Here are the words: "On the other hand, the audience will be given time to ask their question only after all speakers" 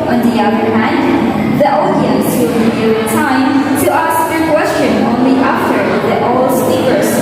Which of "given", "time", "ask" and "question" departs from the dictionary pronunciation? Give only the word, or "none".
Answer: given